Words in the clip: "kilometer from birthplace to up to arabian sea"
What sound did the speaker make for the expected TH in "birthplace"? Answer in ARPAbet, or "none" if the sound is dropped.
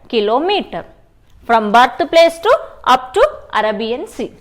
T